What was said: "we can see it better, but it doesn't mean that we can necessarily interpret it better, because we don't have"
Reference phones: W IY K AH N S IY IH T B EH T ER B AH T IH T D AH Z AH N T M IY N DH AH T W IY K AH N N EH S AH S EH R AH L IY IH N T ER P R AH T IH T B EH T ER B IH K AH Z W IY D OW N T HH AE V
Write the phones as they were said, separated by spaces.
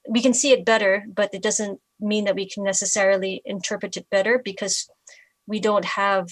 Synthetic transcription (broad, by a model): W IY K AH N S IY IH T B EH T ER B AH T IH T D AH Z AH N T M IY N DH AH T W IY K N N EH S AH S EH R L IY IH N T ER P R AH T IH T B EH T ER B IH K AH Z W IY D OW N T HH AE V